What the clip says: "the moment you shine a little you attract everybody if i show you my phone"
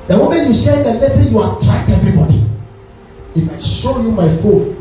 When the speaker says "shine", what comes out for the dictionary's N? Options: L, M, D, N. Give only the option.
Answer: L